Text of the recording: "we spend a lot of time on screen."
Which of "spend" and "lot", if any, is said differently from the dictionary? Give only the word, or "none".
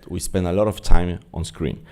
none